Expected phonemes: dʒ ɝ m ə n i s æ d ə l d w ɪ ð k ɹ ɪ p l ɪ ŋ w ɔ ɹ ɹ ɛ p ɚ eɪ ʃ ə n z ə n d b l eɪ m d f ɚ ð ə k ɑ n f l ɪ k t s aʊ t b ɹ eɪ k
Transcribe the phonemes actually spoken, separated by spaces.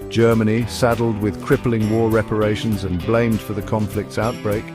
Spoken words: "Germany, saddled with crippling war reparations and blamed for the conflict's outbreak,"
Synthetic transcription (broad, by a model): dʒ ɝ m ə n i s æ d l d w ɪ ð k ɹ ɪ p l ɪ ŋ w ɔ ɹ ɹ ɛ p ɚ eɪ ʃ ə n z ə n b l eɪ m d f ɚ ð ə k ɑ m f l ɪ k t s aʊ t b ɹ eɪ k